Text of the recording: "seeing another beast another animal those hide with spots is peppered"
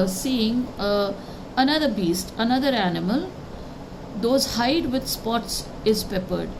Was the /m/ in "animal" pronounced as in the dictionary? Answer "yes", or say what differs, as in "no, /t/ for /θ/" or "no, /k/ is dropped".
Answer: yes